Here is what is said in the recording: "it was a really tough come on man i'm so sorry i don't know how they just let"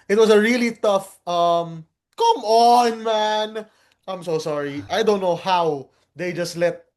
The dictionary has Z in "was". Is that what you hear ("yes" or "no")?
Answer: no